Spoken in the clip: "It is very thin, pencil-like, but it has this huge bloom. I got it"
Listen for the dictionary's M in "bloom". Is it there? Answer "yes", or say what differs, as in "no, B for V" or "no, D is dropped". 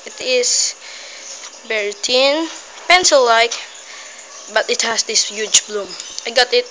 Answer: yes